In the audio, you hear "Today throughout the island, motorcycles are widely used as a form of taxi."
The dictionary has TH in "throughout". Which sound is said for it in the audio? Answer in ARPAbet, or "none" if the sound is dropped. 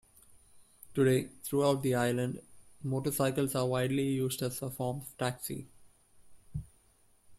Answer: T